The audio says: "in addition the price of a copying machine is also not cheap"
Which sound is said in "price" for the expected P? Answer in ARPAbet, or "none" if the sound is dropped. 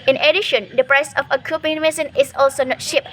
P